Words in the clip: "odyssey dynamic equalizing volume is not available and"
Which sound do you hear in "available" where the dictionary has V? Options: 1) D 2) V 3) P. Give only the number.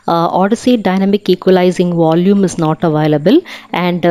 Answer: 2